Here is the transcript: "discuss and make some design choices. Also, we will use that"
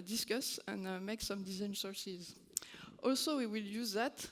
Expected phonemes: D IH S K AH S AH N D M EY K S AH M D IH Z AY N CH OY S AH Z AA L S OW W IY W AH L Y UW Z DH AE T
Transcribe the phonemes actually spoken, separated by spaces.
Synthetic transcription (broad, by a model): D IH S K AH S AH N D M EY K S AH M D IH Z AY N S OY S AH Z AA L S OW W IY W AH L Y UW Z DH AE T